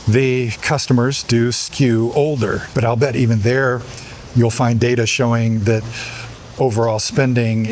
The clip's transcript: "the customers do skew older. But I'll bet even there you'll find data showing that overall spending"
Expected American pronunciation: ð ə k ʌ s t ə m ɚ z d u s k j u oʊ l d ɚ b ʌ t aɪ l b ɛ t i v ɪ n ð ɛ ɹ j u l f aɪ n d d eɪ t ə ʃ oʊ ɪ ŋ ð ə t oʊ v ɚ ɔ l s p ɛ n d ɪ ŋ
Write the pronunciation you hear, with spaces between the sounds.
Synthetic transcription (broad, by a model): ð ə k ʌ s t ə m ɚ z d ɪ s k j u oʊ l d ɚ b ʌ t aɪ l b ɛ t i v ɪ n ð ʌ ɹ j u l f aɪ n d d eɪ t ə ʃ oʊ ɪ ŋ ð ə t oʊ v ɚ ɔ l s p ɛ n d ɪ ŋ